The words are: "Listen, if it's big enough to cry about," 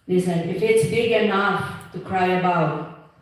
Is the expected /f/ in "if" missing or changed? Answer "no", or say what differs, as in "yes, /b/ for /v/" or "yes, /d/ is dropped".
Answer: no